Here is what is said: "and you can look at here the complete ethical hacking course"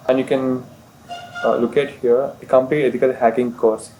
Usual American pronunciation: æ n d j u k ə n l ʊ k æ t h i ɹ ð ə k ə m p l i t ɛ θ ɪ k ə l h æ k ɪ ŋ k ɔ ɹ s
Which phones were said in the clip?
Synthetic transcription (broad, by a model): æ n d j u k ə n l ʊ k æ t h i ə k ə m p i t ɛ f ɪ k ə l h æ k ɪ ŋ k ɔ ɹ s